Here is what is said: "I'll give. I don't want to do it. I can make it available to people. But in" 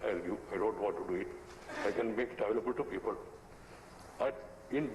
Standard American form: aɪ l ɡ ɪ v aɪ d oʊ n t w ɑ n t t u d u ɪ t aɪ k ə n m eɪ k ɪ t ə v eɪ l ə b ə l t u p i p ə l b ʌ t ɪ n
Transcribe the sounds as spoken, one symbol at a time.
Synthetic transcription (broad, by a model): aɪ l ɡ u aɪ d oʊ n t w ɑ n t t u d u ɪ t aɪ k ə n m eɪ k ɪ t ə v eɪ l ə b ə l t u p i p ə l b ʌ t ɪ n